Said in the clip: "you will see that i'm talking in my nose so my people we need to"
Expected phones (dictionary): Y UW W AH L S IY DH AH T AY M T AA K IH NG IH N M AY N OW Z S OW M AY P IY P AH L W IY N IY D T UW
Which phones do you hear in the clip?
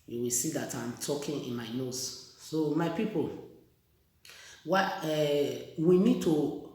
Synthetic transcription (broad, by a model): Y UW W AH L S IY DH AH T AY M T AA K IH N IH N M AY N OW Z S OW M AY P IY P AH W W IY N IY D T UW